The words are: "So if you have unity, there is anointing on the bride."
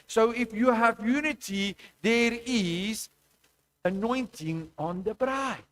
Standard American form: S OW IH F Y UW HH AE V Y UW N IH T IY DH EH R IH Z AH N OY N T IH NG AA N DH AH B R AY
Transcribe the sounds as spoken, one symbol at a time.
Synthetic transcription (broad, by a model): S OW IH F Y UW HH AE V Y UW N IH T IY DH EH R IH Z AH N OY N T IH NG AA N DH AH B R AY